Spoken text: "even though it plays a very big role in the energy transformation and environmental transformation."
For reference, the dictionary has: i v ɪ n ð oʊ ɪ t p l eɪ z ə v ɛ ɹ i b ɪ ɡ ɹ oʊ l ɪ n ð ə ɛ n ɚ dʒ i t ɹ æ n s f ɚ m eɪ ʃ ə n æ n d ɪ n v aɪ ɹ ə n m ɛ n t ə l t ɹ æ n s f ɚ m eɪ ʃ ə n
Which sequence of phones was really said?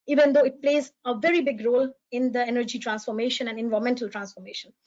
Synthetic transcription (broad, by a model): i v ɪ n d oʊ ɪ t p l eɪ z ə v ɛ ɹ i b ɪ ɡ ɹ oʊ l ɪ n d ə ɛ n ɚ dʒ i t ɹ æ n s f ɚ m eɪ ʃ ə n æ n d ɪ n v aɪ ə m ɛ n t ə l t ɹ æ n s f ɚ m eɪ ʃ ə n